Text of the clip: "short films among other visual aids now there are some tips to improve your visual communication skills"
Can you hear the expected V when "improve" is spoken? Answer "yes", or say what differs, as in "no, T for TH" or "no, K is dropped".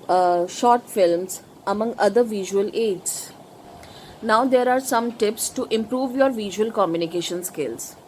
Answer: yes